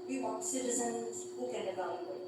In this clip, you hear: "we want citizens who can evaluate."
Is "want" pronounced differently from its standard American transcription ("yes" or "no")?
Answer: yes